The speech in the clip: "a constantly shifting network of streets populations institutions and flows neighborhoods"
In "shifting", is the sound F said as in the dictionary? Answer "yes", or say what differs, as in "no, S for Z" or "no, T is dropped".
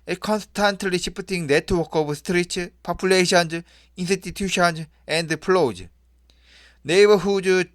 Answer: no, P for F